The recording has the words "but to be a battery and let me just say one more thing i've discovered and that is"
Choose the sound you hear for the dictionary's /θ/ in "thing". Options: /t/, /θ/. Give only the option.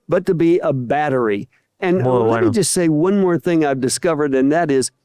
/θ/